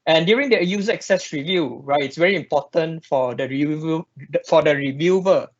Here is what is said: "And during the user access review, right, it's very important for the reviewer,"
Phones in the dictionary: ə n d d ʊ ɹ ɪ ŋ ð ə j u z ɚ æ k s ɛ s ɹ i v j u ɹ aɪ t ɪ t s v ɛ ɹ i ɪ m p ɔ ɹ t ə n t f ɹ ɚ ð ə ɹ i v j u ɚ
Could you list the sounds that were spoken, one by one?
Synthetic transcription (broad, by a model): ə n d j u ɹ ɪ ŋ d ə j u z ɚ k s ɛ s ɹ i v j u ɹ aɪ t ɪ t s v ɛ ɹ i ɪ m p ɔ t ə n t f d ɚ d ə ɹ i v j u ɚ